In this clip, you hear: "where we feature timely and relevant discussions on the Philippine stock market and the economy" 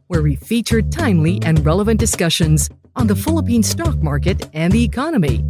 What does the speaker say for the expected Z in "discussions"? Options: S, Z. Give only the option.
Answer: Z